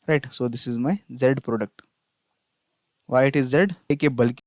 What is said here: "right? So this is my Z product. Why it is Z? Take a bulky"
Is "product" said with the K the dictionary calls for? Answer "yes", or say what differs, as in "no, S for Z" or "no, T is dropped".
yes